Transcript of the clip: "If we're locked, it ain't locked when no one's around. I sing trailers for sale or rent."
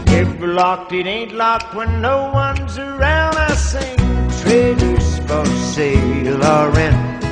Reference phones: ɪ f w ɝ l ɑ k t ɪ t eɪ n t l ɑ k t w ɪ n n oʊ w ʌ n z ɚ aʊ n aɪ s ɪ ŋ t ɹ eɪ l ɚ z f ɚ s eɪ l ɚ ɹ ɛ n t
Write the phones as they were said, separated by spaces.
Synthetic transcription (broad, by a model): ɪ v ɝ l ɑ k t ɪ t eɪ n t l ɑ k t w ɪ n n oʊ w ʌ n z ɚ aʊ n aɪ s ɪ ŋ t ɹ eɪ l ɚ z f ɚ s eɪ l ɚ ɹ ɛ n